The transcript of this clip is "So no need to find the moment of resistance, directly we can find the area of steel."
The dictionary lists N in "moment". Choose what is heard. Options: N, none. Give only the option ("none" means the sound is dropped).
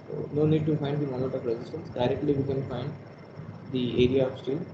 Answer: none